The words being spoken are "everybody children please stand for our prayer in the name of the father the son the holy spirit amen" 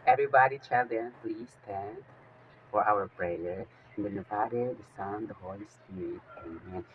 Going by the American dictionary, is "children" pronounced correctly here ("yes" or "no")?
no